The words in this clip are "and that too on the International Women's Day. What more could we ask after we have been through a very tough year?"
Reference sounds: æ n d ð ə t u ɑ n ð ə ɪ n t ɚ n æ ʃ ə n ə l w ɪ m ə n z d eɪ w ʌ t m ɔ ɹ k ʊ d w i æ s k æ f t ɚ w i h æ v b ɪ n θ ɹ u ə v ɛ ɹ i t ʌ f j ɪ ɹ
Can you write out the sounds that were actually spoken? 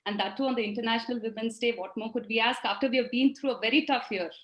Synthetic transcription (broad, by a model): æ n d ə t u ɑ n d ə ɪ n t ɚ n æ ʃ ə n ə l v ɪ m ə n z d eɪ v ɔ t m ɔ ɹ k ʊ d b i æ s k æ f t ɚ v i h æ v b ɪ n t ɹ u ə v ɛ ɹ i t ʌ f j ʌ ɹ